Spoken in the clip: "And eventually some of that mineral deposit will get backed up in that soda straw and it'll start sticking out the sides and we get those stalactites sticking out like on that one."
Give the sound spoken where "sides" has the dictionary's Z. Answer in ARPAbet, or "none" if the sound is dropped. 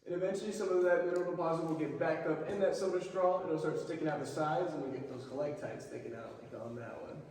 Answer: Z